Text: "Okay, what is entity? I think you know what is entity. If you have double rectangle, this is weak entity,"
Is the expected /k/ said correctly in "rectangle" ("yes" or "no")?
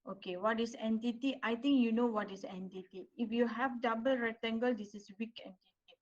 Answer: no